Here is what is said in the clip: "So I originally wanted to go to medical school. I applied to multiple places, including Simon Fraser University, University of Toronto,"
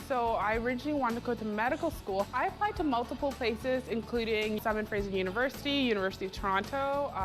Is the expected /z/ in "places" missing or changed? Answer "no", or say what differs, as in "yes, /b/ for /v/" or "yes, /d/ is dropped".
no